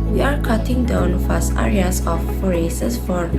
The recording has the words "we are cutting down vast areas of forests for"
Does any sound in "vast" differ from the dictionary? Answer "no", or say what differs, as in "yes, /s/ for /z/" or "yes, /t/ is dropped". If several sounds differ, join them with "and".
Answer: yes, /f/ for /v/